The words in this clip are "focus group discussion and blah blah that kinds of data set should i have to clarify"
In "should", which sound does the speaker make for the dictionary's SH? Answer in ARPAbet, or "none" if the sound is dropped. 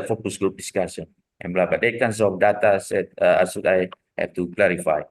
S